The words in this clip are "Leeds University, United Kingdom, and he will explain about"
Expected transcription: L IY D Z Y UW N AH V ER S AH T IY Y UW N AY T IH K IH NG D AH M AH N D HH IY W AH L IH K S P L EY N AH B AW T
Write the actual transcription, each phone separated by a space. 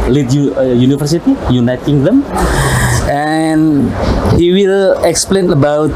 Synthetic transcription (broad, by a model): L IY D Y Y UW N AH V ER S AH T IY Y UW N AY T IH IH NG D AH M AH N HH IY W AH L IH K S P L EY N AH B AW T